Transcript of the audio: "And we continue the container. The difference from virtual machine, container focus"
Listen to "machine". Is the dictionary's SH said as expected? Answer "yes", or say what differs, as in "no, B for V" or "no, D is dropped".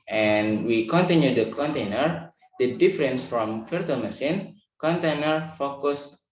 no, S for SH